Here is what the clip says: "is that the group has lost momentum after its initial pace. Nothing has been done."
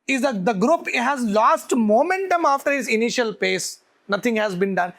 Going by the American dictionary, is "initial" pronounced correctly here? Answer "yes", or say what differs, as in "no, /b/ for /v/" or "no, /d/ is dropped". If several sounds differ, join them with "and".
yes